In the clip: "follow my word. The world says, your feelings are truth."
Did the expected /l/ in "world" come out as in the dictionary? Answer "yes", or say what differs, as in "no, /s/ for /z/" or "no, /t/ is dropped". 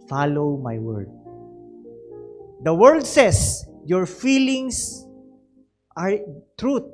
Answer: no, /l/ is dropped